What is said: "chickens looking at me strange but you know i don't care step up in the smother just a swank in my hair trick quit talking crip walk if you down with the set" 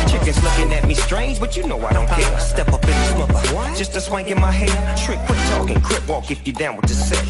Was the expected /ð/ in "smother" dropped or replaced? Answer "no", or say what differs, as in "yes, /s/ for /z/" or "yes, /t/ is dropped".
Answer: yes, /ð/ is dropped